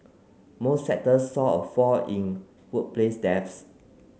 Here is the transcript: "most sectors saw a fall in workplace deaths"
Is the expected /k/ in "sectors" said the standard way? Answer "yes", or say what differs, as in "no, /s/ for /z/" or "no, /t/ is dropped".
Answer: no, /k/ is dropped